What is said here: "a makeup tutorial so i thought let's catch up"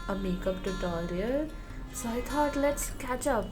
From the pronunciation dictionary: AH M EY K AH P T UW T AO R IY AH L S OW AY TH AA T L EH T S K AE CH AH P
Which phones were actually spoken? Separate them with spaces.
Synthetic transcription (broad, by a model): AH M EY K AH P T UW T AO L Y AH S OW AY T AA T L EH T S K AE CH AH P